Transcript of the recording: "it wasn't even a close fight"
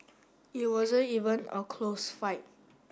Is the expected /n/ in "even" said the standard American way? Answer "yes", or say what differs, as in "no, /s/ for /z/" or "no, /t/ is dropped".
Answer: yes